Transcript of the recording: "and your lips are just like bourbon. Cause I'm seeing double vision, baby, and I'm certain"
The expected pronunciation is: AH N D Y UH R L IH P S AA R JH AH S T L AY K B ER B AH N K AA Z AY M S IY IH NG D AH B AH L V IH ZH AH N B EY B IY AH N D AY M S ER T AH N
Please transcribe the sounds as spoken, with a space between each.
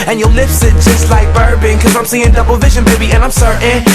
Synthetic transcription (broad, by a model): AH N Y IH L IH F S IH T JH AH S T L AY K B ER B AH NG K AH Z AY M S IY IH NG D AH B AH L V IH ZH AH N B EY B IY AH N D AY M S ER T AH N